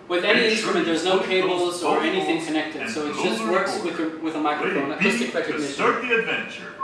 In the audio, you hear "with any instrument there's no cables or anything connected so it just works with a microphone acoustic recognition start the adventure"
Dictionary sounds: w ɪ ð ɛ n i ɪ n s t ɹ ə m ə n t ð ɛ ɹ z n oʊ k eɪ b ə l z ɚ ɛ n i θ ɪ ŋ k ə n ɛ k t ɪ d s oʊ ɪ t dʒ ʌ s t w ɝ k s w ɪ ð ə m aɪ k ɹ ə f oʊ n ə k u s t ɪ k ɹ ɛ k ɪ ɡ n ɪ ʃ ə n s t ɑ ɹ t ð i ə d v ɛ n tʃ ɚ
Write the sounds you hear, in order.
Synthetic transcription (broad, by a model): w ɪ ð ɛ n i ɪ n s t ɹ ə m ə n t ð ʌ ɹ z n oʊ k eɪ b l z ɚ ɛ n i θ ɪ ŋ k ə n ɛ k t ɪ d s oʊ ɪ t dʒ ʌ s t w ɝ k s w ɪ ð ə m aɪ k ɹ ə f oʊ n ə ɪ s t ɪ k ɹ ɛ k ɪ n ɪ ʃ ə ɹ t ð i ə d v ɛ n tʃ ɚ